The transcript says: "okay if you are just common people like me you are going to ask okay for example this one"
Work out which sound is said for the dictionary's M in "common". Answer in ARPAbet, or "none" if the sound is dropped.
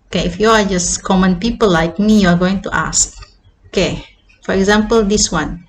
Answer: M